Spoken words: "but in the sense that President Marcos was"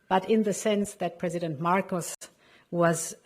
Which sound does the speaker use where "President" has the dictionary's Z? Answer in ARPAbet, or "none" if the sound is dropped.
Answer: Z